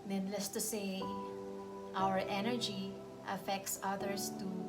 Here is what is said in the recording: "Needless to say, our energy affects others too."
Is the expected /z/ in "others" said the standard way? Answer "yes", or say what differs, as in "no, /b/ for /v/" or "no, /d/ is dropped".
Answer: no, /s/ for /z/